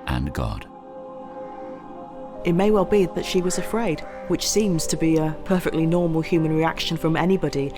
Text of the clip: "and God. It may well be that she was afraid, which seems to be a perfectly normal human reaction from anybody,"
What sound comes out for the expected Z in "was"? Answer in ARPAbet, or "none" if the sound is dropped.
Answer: Z